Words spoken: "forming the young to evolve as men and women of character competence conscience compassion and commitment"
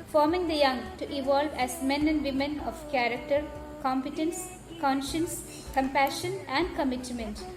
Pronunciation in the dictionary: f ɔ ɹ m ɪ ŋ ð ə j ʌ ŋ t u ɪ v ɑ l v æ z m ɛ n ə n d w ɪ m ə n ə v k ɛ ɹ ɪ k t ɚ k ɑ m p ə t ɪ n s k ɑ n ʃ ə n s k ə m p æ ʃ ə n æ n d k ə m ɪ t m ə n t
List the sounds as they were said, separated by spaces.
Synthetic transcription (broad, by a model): f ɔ ɹ m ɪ ŋ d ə j ʌ ŋ t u ɪ v ɑ l v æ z m ɛ n ə n d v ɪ m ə n ə v k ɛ ɹ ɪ k t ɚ k ɑ m p ə t ɪ n s k ɑ n ʃ ə n s k ə m p æ ʃ ə n æ n d k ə m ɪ t m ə n t